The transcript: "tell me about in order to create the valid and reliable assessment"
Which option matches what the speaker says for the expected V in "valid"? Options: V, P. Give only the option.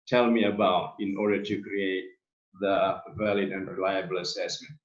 V